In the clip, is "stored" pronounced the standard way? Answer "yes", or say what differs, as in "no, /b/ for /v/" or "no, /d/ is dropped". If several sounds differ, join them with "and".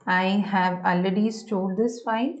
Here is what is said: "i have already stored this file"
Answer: no, /l/ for /ɹ/